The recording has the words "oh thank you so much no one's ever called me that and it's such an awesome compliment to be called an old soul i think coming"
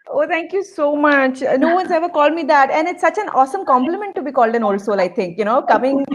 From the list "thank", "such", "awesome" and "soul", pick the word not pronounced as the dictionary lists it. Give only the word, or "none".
thank